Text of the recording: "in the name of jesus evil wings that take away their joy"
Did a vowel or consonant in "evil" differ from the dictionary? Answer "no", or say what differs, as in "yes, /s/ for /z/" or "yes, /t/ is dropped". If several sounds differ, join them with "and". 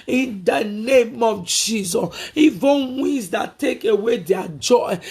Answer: yes, /n/ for /l/